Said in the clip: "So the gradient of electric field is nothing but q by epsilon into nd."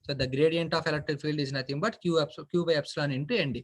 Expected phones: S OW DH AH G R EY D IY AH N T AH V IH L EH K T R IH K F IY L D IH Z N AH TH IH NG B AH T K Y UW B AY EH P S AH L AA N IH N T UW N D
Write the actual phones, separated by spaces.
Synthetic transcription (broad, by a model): S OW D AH G R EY D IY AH N T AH F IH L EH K T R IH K F IY L D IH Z N AH T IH NG B AH T K Y UW B AY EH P S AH L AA N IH N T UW N D